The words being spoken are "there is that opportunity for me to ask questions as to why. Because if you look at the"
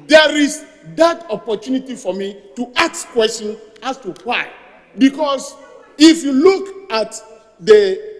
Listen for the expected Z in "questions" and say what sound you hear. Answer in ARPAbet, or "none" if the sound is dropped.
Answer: none